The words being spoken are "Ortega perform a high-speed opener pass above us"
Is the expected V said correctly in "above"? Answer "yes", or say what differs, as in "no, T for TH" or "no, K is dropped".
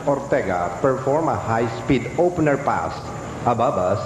no, B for V